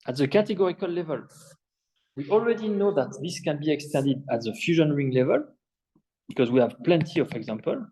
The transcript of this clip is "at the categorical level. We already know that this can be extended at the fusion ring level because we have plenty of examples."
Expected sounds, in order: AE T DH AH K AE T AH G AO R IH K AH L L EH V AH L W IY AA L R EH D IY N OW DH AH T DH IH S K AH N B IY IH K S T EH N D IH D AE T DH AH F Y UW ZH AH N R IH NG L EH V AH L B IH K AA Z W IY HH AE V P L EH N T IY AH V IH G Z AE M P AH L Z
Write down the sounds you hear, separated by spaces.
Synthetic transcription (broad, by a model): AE T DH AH K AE T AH G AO R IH K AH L L EH V AH L W IY AA L R EH D IY N OW DH AH T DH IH S K AH N B IY IH K S T EH N D IH D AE T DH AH F Y UW ZH AH N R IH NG L EH V AH L B IH K AA Z W IY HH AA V P L EH N T IY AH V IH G Z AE M P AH L